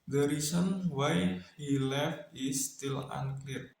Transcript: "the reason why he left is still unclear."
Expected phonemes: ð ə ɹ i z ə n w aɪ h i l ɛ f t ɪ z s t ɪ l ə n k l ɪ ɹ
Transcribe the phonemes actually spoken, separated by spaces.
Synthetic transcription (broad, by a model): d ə ɹ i s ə n w aɪ h i l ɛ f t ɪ s t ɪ l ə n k l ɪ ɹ